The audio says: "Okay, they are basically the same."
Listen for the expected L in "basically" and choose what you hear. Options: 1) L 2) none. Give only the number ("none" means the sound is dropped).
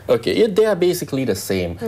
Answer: 1